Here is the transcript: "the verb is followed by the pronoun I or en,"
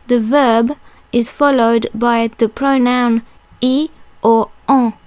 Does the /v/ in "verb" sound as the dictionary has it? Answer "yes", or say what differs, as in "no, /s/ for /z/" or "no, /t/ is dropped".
yes